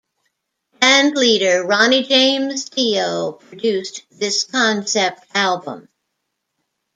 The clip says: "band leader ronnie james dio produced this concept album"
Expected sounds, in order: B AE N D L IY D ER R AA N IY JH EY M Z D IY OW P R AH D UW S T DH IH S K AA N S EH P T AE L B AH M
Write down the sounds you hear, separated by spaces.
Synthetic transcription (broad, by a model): B AE N D L IY D ER R AA N IY JH EY M Z D IY OW P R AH D UW S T DH IH S K AA N S EH P T AE L B AH M